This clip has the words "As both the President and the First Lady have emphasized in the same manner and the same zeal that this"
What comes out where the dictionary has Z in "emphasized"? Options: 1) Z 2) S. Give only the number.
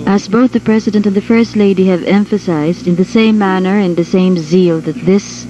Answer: 1